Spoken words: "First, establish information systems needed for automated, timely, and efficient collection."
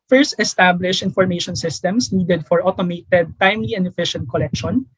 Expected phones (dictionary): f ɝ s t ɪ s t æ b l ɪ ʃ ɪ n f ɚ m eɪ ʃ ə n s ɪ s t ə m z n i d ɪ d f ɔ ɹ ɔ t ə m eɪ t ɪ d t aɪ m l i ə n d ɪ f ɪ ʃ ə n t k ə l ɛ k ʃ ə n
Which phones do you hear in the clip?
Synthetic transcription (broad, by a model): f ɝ s t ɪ s t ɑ b l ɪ ʃ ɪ n f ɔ m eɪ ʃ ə n s ɪ s t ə m s n i d ɪ d f ɔ ɹ ɔ t ə m eɪ t ɪ d t aɪ m l i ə n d ɪ f ɪ ʃ ə n t k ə l ɛ k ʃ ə n